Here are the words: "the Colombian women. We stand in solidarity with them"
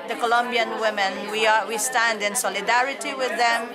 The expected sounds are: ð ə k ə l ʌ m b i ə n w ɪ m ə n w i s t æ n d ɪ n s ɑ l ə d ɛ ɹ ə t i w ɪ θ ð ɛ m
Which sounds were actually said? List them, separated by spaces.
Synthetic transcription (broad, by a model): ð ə k ə l ʌ m b i ə n w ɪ m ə n w i s t æ n d ɪ n s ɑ l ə d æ ɹ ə t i w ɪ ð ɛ m